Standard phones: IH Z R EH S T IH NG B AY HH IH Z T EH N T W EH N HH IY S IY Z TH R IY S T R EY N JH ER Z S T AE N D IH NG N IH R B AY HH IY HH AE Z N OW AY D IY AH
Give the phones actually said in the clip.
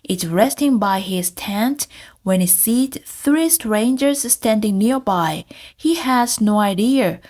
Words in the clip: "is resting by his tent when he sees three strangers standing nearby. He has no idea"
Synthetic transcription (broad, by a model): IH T R EH S T IH NG B AY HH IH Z T EH N T W EH N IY S IY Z TH R IY S T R EY N JH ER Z S T AE N D IH NG N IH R B AY HH IY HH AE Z N OW AY D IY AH